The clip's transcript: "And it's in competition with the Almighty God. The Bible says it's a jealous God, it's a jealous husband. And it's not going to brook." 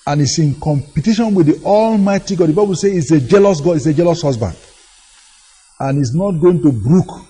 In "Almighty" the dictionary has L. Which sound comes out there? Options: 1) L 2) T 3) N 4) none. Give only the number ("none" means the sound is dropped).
1